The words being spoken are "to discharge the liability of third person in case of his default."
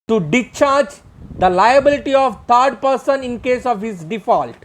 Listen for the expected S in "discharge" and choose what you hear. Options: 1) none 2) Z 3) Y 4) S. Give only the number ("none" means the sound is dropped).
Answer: 1